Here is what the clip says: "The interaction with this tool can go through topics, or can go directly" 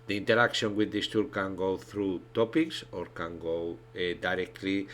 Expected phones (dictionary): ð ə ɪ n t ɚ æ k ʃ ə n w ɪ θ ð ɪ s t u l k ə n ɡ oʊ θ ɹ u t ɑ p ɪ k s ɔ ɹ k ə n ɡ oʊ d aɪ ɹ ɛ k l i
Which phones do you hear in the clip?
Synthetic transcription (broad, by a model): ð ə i n t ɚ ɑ k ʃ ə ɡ w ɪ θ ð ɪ s t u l k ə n ɡ oʊ θ ɹ u t ɑ p ɪ k s ɔ ɹ k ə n ɡ oʊ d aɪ ɹ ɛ k l i